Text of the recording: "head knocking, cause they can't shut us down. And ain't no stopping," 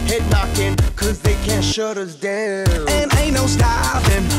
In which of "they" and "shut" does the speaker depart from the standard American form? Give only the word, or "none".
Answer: none